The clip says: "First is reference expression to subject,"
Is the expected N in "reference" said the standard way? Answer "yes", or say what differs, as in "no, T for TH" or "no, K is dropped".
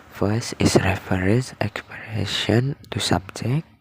no, N is dropped